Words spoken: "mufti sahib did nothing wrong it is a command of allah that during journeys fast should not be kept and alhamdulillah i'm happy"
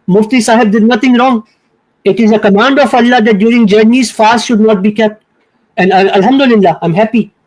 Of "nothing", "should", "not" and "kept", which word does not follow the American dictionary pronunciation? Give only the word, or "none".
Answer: nothing